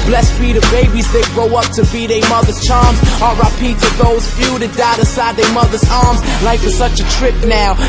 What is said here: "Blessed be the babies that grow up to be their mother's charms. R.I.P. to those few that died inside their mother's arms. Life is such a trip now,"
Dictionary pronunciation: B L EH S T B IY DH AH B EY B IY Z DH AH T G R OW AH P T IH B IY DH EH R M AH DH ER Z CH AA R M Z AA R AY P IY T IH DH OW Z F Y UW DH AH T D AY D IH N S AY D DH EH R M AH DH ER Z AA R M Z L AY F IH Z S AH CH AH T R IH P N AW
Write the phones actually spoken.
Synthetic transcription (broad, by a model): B L EH S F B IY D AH B EY B IY Z DH AH T G R OW AH P T IH B IY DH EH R M AH DH ER Z CH AA R M Z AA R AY P IY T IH DH OW Z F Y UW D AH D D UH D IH S AY D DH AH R M AH DH ER Z AA R M Z L AY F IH S AH CH AH T R IH P N AW